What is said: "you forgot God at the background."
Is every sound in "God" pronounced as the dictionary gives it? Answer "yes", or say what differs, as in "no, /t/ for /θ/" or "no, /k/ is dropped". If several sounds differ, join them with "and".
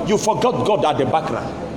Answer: yes